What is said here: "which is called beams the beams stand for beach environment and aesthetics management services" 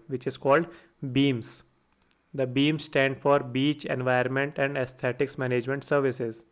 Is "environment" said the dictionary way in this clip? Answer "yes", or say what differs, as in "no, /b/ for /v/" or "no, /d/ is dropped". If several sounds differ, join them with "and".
no, /ɹ/ is dropped